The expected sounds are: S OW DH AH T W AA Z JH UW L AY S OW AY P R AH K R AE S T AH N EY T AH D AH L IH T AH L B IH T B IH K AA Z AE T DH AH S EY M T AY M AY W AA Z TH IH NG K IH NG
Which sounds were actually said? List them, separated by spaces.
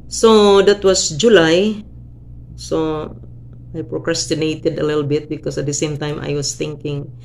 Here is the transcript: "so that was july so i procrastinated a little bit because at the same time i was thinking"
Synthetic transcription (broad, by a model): S OW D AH T W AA S JH UW L AY S OW AY P R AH K R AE S T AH N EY T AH D AH L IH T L B IH T B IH K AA S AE T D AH S EY M T AY M AY W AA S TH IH NG K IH NG